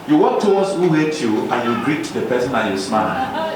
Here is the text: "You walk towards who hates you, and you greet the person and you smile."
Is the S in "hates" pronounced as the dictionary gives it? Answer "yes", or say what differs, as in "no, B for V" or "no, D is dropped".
no, S is dropped